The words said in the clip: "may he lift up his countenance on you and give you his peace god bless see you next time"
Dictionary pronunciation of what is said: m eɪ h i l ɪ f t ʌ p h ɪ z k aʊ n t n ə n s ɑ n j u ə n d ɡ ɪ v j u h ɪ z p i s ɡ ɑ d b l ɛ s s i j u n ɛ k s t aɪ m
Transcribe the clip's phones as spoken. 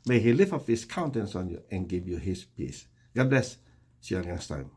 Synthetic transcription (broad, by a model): m eɪ h i l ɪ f ʌ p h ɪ s k aʊ n t ə n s ɑ n j u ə n ɡ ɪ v j u h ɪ s p i s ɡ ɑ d b l ɛ s s i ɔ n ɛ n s t aɪ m